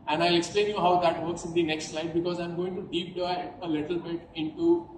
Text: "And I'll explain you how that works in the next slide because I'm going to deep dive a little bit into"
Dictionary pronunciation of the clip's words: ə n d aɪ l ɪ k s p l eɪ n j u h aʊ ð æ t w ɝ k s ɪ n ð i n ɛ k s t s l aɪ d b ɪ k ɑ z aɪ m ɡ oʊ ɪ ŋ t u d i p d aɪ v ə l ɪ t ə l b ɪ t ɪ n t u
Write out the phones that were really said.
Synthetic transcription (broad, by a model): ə n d aɪ l ɪ k s p l eɪ n j u h aʊ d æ t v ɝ k s ɪ n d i n ɛ k s t s l aɪ d b ɪ k ɑ z aɪ m ɡ oʊ ɪ ŋ t u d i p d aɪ ə l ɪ t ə l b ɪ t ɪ n t u